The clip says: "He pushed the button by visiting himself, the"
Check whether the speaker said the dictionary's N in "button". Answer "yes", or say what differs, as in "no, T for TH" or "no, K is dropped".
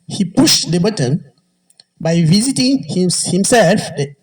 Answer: yes